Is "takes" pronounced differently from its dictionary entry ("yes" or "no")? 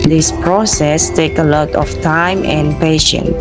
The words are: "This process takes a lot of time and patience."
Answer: yes